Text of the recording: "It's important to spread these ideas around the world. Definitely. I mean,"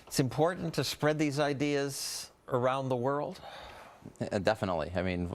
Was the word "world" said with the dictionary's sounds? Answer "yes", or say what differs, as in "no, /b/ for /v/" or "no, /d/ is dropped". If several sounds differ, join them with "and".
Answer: yes